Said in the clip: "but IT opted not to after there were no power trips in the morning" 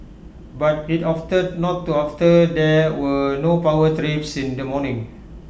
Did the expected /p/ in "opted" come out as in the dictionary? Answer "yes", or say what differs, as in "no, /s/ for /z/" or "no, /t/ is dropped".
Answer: no, /f/ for /p/